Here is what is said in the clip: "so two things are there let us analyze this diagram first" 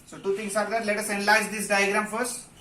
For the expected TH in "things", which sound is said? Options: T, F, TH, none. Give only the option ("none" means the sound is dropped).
T